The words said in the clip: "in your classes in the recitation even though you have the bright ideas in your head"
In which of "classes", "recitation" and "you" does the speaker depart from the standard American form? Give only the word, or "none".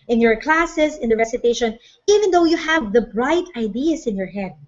classes